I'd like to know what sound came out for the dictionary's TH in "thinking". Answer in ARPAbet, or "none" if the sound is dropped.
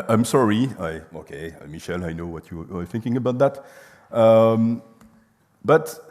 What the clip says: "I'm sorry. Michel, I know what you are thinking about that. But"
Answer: TH